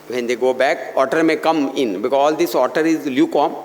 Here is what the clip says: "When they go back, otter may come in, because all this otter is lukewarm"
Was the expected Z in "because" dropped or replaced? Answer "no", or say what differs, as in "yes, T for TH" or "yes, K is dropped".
yes, Z is dropped